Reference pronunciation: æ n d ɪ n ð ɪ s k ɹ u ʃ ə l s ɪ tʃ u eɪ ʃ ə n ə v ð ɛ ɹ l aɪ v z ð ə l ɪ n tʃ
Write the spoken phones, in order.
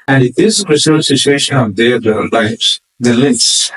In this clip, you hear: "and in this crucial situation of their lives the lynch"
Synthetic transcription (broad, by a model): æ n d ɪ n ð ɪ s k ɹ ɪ s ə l s ɪ tʃ u eɪ ʃ ə n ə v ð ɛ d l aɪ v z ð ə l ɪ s